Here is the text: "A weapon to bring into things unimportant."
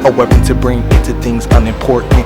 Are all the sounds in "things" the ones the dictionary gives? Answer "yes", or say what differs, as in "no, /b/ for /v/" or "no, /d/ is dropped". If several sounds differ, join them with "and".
yes